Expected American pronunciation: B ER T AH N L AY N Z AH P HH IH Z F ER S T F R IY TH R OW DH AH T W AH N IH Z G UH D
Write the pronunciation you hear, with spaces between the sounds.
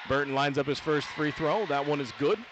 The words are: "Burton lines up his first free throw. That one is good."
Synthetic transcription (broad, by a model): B ER T N L AY N Z AH P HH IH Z F ER S T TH R IY TH R OW DH AH T W AH N IH Z G UH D